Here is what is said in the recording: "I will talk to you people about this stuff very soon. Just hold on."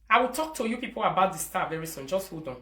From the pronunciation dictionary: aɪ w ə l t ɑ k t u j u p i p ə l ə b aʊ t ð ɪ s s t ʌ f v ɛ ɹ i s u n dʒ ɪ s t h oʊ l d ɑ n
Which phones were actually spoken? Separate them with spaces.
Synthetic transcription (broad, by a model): aɪ w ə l t ɑ k t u j u p i p ə l ə b aʊ t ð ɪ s s t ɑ v ɛ ɹ i s u n dʒ ɪ s t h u d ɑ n